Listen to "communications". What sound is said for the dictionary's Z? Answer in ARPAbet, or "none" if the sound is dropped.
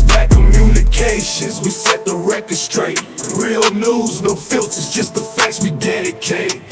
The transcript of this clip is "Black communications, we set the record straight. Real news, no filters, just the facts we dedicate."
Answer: Z